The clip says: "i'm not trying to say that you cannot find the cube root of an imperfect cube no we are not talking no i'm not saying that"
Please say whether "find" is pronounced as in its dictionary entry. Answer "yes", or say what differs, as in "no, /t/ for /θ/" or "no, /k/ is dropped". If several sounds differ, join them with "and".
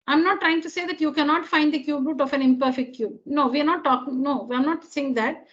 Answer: yes